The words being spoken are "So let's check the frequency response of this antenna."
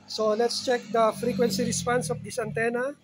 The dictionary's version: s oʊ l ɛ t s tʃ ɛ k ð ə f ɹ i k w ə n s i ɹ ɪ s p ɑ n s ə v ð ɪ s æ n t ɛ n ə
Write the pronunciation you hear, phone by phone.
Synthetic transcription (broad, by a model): s oʊ l ɛ t s tʃ ɛ k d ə f ɹ i k w ə n s i ɹ ɪ s p ɑ n s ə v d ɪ s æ n t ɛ n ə